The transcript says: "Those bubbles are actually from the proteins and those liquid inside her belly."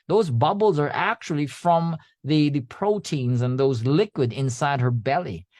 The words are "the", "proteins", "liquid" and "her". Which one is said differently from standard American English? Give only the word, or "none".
none